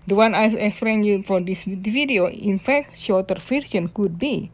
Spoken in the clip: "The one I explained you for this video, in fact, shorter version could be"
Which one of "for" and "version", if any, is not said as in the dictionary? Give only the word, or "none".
version